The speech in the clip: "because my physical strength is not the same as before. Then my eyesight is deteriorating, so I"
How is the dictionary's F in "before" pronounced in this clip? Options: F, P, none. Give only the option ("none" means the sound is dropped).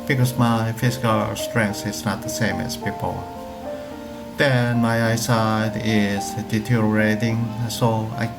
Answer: P